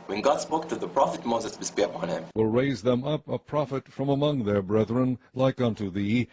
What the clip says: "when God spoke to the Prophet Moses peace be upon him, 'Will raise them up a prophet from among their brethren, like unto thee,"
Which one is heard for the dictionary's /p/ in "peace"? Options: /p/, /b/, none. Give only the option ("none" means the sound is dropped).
/b/